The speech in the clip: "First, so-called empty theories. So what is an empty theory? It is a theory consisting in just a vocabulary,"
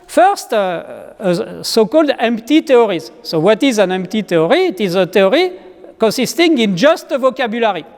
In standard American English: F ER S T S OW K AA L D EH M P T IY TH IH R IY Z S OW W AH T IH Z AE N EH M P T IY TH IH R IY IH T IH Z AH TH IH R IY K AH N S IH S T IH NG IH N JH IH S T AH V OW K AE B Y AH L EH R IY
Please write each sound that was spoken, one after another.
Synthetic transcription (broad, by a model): F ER S T S OW K AA L D EH M P T IY T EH R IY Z S OW W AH T IH Z AE N EH M P T IY T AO R IY T IH Z AH T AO R IY K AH N S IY S T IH NG IH N JH IH S T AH V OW K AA B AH L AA R IY